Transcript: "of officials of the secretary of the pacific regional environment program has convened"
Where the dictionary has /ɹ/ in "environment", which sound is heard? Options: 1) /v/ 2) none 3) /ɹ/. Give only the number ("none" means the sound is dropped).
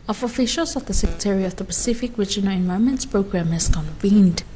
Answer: 2